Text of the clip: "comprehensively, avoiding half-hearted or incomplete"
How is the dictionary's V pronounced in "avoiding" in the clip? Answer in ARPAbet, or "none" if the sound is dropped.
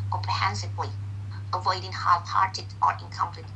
V